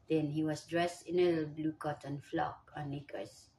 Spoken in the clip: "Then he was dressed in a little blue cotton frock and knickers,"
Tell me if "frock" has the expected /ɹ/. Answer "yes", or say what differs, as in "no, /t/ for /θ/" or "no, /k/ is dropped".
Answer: no, /l/ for /ɹ/